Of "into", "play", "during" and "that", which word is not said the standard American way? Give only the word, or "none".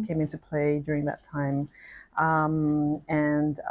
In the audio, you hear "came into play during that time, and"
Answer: none